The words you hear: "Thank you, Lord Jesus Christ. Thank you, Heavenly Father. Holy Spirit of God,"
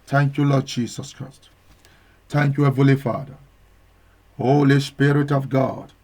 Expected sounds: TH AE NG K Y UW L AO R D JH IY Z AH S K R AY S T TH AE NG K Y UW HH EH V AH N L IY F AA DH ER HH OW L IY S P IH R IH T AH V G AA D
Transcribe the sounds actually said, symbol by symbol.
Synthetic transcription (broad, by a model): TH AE NG K Y UW L AO D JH IY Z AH S K R AY S T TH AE NG K Y UW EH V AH L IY F AA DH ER HH OW L IY S P IH R IH T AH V G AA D